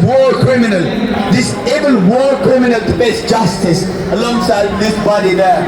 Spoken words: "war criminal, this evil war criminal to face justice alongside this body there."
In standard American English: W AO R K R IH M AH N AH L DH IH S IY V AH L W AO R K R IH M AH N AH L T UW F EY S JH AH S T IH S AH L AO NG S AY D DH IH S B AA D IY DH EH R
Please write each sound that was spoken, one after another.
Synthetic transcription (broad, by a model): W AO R K R IH M AH N AH L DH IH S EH B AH L W AO R K R IH M AH N AH L T UW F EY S JH AH S T IH S AH L AO NG S AY D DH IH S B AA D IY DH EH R